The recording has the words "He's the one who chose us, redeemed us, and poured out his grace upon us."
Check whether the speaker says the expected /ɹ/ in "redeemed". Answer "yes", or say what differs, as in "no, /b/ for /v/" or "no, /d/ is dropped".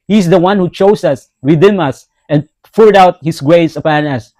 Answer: no, /w/ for /ɹ/